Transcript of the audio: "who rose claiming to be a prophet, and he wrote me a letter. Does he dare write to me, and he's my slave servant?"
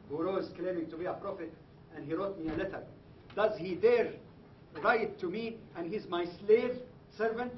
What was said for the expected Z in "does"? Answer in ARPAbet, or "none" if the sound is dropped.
Z